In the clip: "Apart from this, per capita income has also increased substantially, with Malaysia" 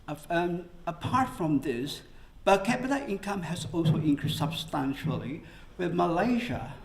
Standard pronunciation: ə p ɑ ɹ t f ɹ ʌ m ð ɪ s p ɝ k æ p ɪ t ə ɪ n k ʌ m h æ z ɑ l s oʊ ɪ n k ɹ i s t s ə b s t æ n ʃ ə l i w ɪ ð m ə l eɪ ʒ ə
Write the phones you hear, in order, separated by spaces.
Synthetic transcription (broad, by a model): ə p ɑ ɹ t f ɹ ʌ m ð ɪ s b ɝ k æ b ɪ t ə ɪ n k ʌ m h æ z ɑ l s oʊ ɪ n k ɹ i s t s ə b s t æ n ʃ ə l i w ɪ ð m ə l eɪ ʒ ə